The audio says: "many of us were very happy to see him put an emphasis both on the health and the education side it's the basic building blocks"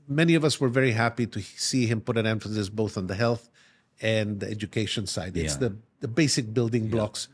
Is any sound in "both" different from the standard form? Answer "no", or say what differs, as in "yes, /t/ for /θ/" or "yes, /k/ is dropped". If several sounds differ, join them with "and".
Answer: no